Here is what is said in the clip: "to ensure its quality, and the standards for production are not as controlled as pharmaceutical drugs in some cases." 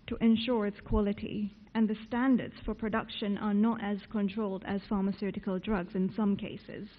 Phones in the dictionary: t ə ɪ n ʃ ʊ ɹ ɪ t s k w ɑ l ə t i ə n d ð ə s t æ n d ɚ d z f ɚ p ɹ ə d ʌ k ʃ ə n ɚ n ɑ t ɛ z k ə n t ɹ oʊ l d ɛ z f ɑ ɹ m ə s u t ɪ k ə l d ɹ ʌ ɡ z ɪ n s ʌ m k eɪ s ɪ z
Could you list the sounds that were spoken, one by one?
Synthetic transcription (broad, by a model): t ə ɪ n ʃ ʊ ɹ ɪ t s k w ɑ l ə t i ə n ð ə s t æ n d ɚ d z f ɚ p ɹ ə d ʌ k ʃ ə n ɚ n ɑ t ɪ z k ə n t ɹ oʊ l d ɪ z f ɑ ɹ m ə s u t ɪ k ə l d ɹ ʌ ɡ z ɪ n s ʌ m k eɪ s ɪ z